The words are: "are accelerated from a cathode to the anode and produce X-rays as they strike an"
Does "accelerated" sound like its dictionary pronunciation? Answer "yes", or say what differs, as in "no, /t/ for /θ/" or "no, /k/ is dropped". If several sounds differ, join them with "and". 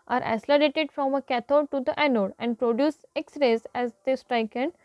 no, /k/ is dropped